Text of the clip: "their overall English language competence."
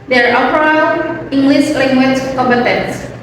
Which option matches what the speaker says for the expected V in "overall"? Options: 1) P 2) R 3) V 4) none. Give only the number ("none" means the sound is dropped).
1